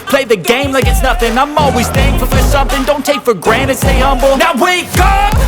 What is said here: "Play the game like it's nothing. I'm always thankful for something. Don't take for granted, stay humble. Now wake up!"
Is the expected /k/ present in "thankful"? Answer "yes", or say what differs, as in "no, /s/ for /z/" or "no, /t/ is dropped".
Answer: no, /k/ is dropped